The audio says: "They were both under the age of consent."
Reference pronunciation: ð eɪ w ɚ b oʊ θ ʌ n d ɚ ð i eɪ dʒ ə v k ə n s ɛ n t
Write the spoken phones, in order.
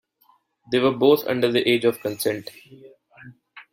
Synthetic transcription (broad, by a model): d eɪ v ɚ b oʊ t ʌ n d ɚ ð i eɪ dʒ ə v k ə n s ɛ n t